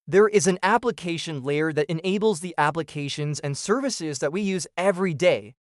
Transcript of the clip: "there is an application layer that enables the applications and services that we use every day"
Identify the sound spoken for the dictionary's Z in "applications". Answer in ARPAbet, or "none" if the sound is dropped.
Z